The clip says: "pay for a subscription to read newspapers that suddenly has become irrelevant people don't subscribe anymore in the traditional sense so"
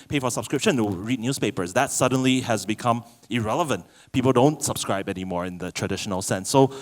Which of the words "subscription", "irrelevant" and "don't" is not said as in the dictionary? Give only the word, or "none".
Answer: none